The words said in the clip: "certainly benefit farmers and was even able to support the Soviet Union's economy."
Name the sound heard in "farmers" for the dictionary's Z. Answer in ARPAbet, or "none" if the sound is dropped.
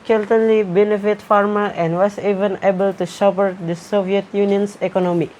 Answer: none